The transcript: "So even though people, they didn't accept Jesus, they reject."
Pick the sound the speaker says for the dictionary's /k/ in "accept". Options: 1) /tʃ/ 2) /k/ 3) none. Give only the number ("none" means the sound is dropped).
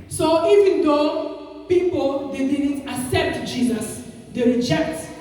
3